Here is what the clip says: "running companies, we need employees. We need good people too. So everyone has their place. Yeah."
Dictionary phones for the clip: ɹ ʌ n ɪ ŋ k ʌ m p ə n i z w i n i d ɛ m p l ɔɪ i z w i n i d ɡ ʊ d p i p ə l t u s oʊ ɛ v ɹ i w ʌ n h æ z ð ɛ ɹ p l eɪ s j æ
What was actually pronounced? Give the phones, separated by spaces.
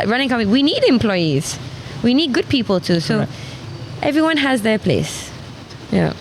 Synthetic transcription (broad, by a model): ɹ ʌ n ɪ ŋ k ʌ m ə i w i n i d ɛ m p l ɔɪ i z w i n i d ɡ ʊ d p i p ə l t u s oʊ ɛ v ɹ i w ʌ n h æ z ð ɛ p l eɪ s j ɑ